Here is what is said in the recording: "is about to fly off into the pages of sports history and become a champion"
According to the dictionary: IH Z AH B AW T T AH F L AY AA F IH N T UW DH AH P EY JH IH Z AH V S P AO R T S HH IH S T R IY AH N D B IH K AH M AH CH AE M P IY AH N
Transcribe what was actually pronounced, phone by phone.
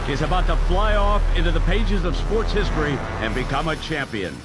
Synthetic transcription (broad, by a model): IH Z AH B AW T T AH F L AY AA F IH N T UW DH AH P EY JH IH Z AH V S P AO R T S HH IH S T R IY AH N B IH K AH M AH CH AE M P IY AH N